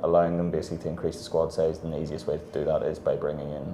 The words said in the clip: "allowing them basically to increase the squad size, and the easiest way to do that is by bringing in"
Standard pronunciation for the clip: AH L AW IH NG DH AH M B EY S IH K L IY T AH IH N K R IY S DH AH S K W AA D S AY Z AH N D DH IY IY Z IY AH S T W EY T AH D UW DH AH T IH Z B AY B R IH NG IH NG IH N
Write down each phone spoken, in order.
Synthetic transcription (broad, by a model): AH L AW IH NG DH AH M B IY IH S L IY T AH IH N K R IY S DH AH S K W AA D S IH Z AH N DH IY IY Z IY AH S T W EY T AH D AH DH AH T IH Z B AY B R IH NG IH NG IH N